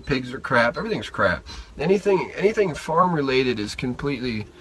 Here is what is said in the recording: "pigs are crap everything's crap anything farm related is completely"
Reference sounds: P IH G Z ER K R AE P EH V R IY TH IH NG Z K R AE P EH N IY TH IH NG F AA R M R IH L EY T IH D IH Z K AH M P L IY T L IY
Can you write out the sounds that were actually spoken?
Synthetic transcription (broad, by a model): P IH G Z ER K R AE P EH V R IY TH IH NG Z K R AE P EH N IY TH IH NG F AA R M R IH L EY T IH D IH Z K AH M P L IY T L IY